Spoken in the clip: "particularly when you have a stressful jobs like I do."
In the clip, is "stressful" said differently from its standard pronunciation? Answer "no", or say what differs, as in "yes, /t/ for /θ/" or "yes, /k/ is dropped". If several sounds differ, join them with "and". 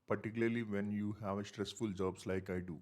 no